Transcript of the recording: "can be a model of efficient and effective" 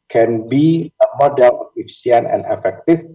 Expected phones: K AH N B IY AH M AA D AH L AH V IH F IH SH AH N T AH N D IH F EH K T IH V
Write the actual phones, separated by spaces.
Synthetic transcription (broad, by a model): K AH N B IY AH M AA D AH L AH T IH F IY AH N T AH N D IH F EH K T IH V